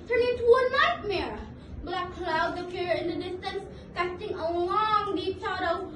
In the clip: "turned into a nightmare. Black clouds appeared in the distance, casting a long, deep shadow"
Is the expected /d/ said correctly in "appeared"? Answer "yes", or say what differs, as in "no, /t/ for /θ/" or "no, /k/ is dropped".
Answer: no, /d/ is dropped